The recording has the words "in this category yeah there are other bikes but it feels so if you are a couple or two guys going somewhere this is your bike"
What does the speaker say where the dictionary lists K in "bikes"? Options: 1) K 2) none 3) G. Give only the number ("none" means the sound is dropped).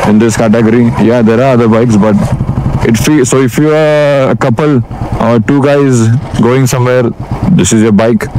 1